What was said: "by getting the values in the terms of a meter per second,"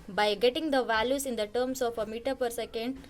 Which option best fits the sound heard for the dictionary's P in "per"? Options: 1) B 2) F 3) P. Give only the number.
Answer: 3